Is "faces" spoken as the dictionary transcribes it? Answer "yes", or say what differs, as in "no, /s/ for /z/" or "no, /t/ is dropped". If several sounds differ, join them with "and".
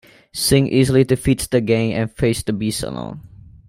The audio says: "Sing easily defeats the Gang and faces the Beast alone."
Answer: no, /s/ is dropped